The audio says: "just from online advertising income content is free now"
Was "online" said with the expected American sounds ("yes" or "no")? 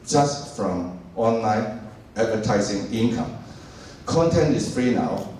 yes